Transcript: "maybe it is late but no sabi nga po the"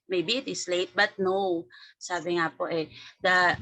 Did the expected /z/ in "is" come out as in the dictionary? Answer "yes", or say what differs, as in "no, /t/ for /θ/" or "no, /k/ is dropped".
no, /s/ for /z/